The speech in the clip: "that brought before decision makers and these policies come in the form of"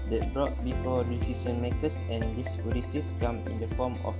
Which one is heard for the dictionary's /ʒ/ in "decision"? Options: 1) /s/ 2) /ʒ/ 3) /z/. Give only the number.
1